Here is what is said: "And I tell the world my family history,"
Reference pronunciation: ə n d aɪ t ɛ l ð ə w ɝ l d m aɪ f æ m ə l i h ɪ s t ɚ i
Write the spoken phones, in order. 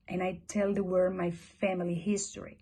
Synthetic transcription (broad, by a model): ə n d aɪ t ɛ l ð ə w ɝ d m aɪ f æ m ə l i h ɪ s t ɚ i